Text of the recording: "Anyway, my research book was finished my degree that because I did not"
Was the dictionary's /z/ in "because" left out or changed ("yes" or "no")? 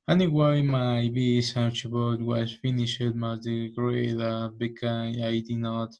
yes